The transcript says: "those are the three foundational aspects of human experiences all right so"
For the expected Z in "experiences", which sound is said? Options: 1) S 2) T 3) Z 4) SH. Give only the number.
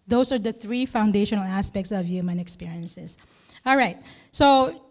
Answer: 1